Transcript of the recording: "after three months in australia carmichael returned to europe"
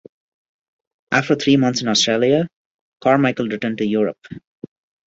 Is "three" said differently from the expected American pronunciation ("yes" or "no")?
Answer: yes